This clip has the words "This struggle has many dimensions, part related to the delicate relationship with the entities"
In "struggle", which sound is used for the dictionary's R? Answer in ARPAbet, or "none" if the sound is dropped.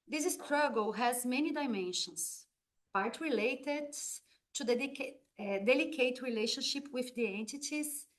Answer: R